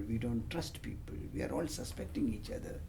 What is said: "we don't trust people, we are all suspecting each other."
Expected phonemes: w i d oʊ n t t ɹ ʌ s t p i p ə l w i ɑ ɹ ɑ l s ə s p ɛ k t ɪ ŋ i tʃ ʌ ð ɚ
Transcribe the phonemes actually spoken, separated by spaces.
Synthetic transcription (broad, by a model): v i d oʊ n t t ɹ ʌ s t p i p ə l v i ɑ ɹ ɑ l s ə s p ɛ k t ɪ ŋ i tʃ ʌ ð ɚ